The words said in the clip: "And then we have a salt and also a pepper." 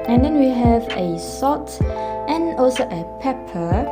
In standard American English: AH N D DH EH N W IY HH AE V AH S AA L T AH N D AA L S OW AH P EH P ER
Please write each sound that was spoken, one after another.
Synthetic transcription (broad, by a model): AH N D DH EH N W IY HH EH V AH S AA T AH N AA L S OW AH P EH P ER